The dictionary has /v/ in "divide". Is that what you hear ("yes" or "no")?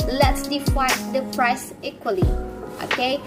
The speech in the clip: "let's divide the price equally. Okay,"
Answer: no